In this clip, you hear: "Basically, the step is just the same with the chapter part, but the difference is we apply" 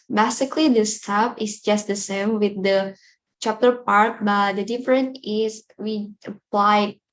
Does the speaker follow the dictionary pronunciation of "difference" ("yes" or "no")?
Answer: no